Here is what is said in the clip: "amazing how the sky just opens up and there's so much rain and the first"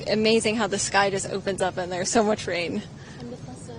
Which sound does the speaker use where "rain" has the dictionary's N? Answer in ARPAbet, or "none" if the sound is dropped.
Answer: none